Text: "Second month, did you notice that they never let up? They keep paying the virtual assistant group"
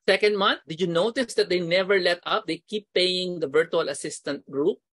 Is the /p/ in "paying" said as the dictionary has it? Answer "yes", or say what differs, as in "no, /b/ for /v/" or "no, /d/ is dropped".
yes